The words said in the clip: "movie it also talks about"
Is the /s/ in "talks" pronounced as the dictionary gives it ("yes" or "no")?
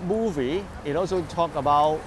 no